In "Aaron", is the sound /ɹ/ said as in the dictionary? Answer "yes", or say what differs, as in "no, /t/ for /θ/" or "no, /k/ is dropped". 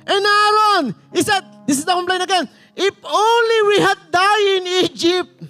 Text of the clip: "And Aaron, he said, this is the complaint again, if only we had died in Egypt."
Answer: no, /ɹ/ is dropped